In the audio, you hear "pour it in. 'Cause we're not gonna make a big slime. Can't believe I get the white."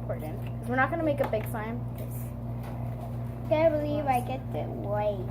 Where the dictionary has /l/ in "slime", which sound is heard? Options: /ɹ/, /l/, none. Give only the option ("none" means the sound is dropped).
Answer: none